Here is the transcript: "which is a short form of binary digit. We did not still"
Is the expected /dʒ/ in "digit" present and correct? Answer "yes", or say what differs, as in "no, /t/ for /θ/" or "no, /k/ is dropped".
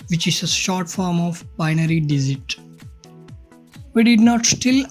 no, /z/ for /dʒ/